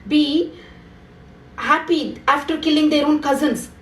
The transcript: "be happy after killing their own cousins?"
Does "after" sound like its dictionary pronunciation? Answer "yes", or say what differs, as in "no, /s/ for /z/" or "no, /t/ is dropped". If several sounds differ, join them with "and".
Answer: yes